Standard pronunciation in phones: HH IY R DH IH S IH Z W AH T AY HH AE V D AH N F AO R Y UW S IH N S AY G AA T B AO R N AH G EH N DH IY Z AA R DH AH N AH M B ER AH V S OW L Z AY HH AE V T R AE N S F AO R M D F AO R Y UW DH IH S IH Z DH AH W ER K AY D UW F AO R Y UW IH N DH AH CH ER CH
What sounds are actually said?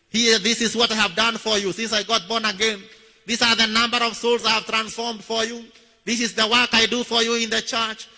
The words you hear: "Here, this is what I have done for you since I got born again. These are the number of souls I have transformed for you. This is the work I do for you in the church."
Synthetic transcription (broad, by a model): HH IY DH IH S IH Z W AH T AY HH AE V D AH N F AO R Y UW S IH N S AY G AA T B AO R N AH G EH N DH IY S AA R DH AH N AH M B ER AH V S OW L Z AY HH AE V T R AE N S F AO R M D F AO R Y UW DH IH S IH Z DH AH W ER K AY D UW F AO R Y UW IH N DH AH CH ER CH